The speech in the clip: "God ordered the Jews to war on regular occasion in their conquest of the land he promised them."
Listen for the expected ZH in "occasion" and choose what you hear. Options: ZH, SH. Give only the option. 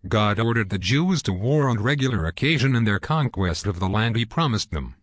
ZH